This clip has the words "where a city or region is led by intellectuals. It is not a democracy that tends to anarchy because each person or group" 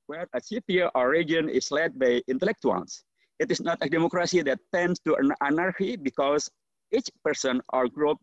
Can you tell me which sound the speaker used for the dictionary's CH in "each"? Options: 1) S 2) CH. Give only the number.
2